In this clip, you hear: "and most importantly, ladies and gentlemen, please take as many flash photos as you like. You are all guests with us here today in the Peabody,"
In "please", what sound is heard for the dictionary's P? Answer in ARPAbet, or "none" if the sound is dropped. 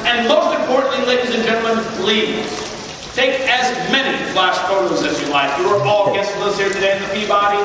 B